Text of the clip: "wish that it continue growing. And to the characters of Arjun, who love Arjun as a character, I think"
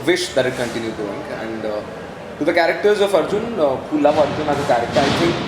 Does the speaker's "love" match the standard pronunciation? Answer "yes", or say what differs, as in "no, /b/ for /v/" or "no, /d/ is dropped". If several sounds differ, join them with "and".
no, /p/ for /v/